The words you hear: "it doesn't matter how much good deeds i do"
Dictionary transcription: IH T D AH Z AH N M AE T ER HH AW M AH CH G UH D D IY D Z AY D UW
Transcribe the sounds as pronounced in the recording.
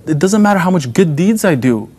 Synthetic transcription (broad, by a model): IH T D AH Z AH N M AE T ER HH AW M AH CH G UH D D IY D Z AY D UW